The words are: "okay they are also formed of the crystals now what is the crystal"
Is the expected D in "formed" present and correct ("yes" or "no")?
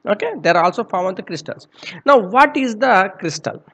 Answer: no